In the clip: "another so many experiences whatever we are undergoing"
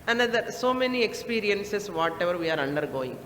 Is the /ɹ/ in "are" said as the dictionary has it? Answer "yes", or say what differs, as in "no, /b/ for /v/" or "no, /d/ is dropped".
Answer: yes